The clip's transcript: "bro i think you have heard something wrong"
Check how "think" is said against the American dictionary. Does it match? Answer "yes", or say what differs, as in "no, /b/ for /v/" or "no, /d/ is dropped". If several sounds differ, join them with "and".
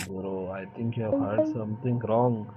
no, /t/ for /θ/